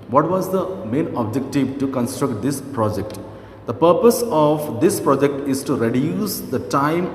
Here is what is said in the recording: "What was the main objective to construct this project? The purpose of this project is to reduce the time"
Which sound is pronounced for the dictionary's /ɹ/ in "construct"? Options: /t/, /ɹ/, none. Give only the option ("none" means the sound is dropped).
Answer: /ɹ/